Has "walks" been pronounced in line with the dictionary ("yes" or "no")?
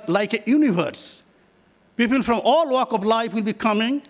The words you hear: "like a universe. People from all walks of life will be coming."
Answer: no